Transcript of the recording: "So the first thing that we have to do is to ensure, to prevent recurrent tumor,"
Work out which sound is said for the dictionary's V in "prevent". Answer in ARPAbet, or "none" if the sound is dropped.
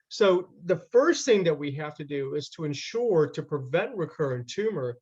V